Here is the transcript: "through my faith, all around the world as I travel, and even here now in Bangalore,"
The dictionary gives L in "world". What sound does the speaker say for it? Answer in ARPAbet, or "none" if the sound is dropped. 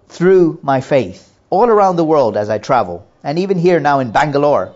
L